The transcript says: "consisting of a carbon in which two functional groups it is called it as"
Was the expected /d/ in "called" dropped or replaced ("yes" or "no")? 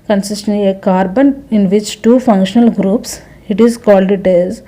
no